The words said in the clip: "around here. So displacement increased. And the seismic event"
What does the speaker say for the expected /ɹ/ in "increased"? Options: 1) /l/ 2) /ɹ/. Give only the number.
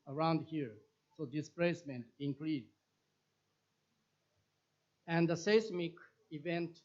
1